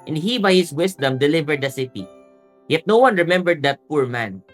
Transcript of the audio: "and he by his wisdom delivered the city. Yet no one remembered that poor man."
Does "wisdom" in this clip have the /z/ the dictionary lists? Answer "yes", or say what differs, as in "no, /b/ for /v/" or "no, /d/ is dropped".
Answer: no, /s/ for /z/